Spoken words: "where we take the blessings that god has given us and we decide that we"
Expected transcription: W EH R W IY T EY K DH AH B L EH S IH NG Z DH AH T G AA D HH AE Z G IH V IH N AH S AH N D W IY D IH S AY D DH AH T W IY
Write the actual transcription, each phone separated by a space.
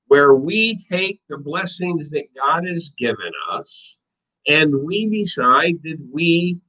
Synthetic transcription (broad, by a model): W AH R W IY T EY K DH AH B L EH S IH NG Z DH AH T G AA D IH Z G IH V IH N AH S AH N W IY D IH S AY D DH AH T W IY